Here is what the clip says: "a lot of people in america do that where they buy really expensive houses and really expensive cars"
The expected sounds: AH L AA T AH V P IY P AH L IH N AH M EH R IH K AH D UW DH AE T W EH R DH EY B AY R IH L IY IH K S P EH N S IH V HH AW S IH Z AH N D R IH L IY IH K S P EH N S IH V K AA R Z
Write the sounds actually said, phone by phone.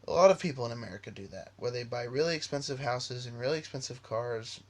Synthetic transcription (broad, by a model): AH L AA T AH V P IY P L IH N AH M EH R IH K AH D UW DH AE T W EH R DH EY B AY R IH L IY IH K S P EH N S IH V HH AW S IH Z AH N R IH L IY IH K S P EH N S IH V K AA R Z